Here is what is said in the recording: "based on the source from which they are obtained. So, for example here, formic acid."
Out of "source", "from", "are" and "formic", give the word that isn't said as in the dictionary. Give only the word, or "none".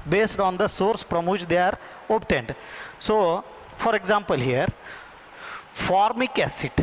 from